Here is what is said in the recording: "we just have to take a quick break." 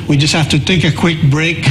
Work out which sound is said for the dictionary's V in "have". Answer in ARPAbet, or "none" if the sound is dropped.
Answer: F